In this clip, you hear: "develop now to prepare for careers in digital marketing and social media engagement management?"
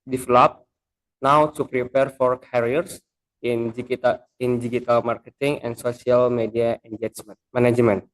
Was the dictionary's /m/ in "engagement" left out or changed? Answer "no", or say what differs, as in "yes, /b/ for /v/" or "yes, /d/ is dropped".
yes, /m/ is dropped